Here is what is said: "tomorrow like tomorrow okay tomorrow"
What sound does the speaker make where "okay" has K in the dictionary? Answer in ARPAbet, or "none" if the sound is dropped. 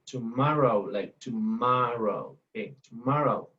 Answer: none